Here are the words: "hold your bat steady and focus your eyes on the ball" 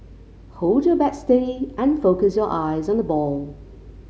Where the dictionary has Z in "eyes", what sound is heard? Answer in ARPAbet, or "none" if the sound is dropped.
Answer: Z